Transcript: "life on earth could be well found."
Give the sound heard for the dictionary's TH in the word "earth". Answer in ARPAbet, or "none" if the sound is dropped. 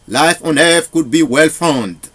F